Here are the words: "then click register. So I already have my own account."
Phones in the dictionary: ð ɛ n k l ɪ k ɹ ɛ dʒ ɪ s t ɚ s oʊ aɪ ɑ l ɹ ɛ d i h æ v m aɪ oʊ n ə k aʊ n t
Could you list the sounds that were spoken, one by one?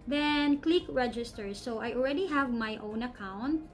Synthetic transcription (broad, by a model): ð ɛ n k l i k ɹ ɛ dʒ ɪ s t ɚ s oʊ aɪ ɑ l ɹ ɛ d i h æ v m aɪ oʊ n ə k aʊ n t